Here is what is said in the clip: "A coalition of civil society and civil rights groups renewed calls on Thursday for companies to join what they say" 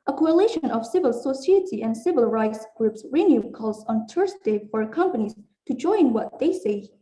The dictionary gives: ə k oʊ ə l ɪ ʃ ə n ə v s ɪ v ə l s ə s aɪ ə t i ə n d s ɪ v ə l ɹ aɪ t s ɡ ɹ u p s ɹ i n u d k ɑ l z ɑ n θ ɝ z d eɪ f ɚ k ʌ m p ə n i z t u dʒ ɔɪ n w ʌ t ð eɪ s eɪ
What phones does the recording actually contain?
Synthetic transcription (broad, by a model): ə k oʊ ə l ɪ ʃ ə n ə v s ɪ v ə l s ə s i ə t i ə n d s ɪ v ə l ɹ aɪ t s ɡ ɹ u p s ɹ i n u k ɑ l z ɑ n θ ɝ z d eɪ f ɚ k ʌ m p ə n i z t u dʒ ɔɪ n w ʌ t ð eɪ s eɪ